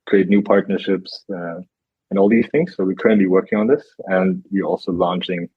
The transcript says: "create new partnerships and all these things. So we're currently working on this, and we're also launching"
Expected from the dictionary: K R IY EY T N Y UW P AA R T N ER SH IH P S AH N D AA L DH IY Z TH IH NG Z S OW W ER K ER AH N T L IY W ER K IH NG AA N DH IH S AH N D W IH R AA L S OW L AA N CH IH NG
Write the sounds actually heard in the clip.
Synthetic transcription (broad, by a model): K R IY EY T N Y UW P AA R T N ER SH IH P S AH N AA L DH IY Z TH IH NG Z S OW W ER K ER AH N T L IY W ER K IH NG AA N DH IH S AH N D W IH R AA L S OW L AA N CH IH NG